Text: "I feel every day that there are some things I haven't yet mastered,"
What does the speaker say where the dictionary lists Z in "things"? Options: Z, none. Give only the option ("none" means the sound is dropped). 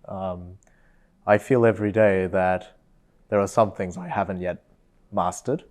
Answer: Z